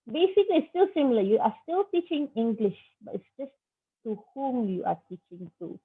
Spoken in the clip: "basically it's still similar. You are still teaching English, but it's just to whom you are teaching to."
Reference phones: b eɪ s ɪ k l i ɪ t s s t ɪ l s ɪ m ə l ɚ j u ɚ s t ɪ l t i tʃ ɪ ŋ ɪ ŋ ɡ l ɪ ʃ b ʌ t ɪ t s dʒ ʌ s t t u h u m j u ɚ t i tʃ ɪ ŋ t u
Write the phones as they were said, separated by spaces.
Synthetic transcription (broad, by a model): b eɪ s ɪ k l i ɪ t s s t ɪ l s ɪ m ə l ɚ j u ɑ s t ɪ l t i tʃ ɪ ŋ ɪ ŋ ɡ l ɪ ʃ b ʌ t ɪ t s dʒ ʌ s t t u h u m j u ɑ t i tʃ ɪ ŋ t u